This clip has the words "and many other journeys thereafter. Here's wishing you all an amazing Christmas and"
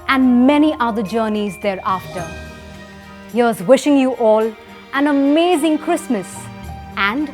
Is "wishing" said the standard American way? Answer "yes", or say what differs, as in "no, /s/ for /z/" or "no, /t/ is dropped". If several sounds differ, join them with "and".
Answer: yes